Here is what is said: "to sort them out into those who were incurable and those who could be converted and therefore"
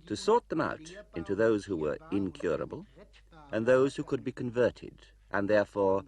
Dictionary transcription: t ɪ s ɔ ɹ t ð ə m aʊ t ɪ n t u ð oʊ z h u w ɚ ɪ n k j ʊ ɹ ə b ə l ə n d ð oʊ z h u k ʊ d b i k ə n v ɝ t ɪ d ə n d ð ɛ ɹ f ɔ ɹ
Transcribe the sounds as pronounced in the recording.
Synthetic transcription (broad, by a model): t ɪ s ɔ ɹ t ð ə m aʊ t ɪ n t u ð oʊ z h u w ɚ ɪ n k j ʊ ɹ ə b ə l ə n ð oʊ z h u k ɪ d b i k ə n v ɝ t ɪ d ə n ð ɛ ɹ f ɔ ɹ